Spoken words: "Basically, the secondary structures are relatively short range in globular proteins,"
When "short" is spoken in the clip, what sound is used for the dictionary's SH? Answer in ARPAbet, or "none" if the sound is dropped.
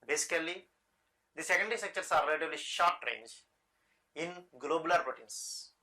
SH